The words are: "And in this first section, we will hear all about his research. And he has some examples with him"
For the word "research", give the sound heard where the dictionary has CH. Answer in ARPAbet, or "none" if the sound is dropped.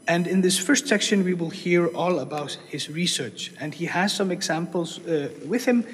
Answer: CH